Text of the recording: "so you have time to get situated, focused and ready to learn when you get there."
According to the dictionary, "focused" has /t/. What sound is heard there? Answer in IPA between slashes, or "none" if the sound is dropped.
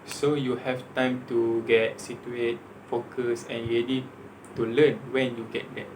none